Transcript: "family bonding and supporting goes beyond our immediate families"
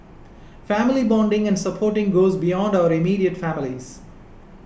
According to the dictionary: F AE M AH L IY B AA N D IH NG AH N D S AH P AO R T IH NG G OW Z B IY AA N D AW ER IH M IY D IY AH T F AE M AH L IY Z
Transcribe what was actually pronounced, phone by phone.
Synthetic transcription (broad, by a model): F AE M AH L IY B AA N D IH NG AH N D S AH P AO R T IH NG G OW Z B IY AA N D AW ER IH M IY D IY AH T F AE M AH L IY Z